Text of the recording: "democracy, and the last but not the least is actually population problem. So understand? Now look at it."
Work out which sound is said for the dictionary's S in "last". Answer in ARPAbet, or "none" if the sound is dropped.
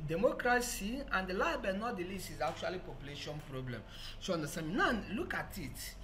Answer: none